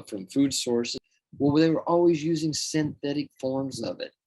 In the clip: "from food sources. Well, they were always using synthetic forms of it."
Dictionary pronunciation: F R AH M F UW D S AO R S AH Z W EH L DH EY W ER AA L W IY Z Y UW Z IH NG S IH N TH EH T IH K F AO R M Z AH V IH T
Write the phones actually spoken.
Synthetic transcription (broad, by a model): F R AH M F UW D S AO R S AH W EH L DH EY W ER AA L W IY Z Y UW Z IH NG S IH N TH EH T IH K F AO R M Z AH V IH T